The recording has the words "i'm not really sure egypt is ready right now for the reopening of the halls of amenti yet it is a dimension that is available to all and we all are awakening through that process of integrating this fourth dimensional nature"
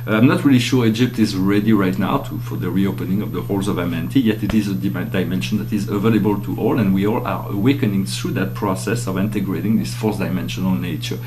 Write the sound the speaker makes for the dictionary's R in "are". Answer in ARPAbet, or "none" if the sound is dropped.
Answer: R